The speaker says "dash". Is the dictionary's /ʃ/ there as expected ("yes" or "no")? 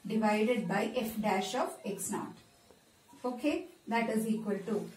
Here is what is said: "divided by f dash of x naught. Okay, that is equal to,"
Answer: yes